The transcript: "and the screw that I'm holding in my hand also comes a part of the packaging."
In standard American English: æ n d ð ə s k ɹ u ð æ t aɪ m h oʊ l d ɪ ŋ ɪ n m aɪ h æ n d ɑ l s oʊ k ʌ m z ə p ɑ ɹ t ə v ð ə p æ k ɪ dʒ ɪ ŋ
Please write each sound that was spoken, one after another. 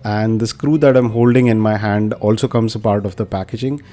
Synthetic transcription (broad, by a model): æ n d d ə s k ɹ u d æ t aɪ m h oʊ l d ɪ ŋ ɪ n m aɪ h æ n d ɑ l s oʊ k ʌ m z ə p ɑ ɹ t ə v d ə p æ k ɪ dʒ ɪ ŋ